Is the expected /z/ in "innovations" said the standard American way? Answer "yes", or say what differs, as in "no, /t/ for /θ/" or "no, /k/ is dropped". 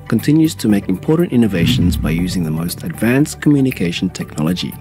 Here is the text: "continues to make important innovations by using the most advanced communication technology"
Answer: yes